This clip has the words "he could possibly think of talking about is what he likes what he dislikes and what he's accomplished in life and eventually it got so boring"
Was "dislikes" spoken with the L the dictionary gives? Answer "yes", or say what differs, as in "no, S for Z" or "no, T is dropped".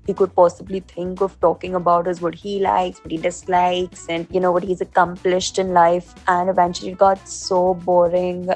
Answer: yes